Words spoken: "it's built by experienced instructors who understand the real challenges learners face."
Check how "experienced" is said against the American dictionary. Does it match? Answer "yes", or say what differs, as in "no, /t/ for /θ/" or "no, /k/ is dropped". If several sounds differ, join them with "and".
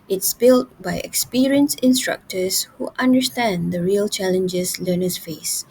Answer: no, /t/ is dropped